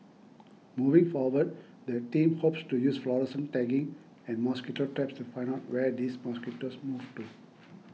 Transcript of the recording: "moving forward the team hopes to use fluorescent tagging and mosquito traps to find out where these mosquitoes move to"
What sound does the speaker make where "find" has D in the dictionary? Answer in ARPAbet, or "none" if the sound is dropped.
none